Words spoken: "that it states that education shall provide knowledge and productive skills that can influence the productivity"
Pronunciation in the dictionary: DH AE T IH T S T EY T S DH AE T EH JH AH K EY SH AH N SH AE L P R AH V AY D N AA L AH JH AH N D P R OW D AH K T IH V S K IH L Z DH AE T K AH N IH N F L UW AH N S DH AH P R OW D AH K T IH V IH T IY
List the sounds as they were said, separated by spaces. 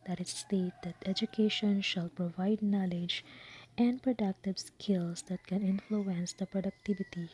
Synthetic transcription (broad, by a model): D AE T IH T S T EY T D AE T EH JH AH K EY SH AH N SH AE L P R AH V AY D N AA L AH JH AH N D P R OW D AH K T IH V S K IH L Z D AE T K AH N IH N F L UW AH N S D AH P R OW D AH K T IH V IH T IY